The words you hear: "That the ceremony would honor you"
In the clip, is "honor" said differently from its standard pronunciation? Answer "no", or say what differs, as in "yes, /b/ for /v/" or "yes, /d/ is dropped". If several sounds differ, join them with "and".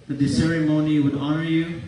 no